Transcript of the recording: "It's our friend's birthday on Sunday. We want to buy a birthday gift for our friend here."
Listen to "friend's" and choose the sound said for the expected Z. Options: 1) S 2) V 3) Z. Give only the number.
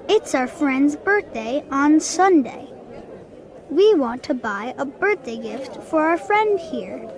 3